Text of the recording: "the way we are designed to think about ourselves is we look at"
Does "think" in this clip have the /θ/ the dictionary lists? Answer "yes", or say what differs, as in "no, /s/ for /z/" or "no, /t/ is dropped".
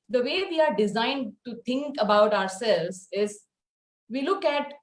no, /t/ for /θ/